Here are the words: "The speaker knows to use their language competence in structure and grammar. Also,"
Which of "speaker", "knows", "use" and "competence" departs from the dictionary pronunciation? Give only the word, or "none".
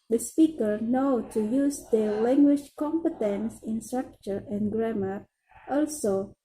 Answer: knows